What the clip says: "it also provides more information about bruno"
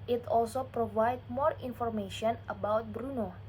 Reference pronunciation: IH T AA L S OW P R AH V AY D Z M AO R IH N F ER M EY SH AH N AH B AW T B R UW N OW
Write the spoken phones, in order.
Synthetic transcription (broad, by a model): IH T AA L S OW P R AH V AY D M AO R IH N F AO M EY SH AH N AH B AW T B R UW N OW